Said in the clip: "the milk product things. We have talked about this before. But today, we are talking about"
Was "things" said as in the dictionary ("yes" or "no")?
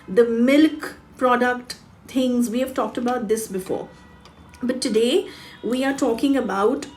no